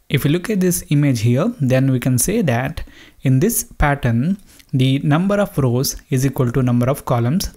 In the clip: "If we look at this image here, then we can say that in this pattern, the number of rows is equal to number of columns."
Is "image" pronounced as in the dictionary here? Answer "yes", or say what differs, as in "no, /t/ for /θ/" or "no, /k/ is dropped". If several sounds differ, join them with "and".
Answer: yes